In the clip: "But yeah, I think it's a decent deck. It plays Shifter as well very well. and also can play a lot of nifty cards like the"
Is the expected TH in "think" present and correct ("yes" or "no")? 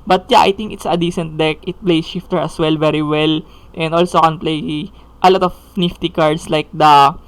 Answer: no